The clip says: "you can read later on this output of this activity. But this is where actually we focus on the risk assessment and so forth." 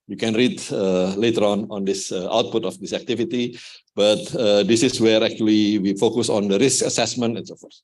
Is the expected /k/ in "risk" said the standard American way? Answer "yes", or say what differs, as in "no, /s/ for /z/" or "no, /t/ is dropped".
yes